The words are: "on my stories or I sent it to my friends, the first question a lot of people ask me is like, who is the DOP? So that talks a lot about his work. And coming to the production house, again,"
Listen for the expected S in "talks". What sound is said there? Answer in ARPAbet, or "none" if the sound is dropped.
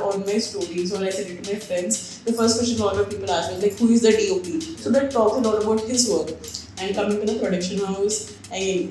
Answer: none